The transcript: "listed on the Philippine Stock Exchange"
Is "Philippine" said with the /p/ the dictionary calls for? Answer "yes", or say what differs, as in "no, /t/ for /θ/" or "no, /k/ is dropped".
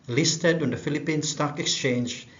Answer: yes